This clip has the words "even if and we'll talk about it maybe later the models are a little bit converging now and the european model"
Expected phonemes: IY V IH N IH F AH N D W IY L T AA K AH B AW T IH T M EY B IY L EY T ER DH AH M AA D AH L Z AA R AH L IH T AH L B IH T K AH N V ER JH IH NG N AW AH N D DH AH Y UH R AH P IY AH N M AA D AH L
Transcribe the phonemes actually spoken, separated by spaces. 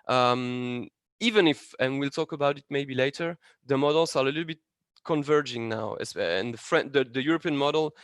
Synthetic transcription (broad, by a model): IY V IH N IH F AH N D W IY L T AA K AH B AW T IH T M EY B IY L EY T ER DH AH M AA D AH L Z AA R AH L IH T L B IH T K AH N V ER JH IH NG N AW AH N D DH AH Y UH R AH P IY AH N M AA D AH L